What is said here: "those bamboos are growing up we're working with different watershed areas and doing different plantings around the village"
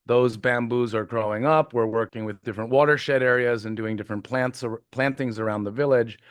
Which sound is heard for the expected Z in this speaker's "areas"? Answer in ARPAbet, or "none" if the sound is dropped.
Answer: Z